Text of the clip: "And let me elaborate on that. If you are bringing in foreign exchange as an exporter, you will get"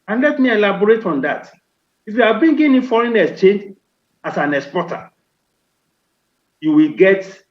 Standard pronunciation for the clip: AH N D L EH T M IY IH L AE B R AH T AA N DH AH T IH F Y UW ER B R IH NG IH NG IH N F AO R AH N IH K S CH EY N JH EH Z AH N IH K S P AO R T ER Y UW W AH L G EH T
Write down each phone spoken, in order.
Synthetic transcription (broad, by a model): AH N L EH T M IY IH L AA B R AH T AA N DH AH T IH F Y UW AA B IY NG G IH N F AO R AH N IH S CH EY N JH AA S AH N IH K S P AO T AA Y UW W AH L G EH T